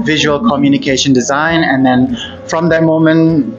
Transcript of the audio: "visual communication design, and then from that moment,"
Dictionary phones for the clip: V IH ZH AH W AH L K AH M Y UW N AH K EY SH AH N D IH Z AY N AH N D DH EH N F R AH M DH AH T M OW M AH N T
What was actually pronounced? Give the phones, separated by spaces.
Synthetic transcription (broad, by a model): V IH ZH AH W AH L K AH M Y UW N AH K EY SH AH N D IH Z AY N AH N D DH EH N F R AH M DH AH T M OW M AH N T